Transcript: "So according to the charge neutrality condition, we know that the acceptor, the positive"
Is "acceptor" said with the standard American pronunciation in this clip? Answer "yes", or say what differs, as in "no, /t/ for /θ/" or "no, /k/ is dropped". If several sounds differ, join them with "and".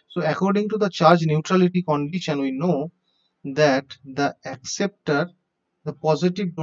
yes